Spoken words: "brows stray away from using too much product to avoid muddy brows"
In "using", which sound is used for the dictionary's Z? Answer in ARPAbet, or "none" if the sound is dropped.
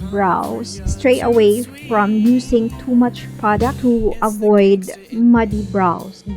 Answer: S